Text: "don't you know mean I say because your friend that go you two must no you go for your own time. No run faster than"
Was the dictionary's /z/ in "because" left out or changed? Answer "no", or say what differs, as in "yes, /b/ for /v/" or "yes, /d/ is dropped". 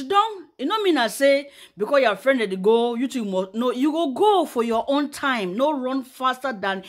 yes, /z/ is dropped